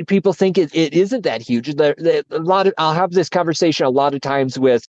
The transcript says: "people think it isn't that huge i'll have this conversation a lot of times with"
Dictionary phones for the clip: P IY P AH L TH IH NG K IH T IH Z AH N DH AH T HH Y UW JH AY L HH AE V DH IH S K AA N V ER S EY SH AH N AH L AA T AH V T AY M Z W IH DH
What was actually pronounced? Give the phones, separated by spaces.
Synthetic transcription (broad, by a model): P IY P L TH IH NG K IH T IH Z AH N DH AH T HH Y UW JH AY L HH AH V DH IH S K AA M V ER S EY SH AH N AH L AA T AH V T AY M Z W IH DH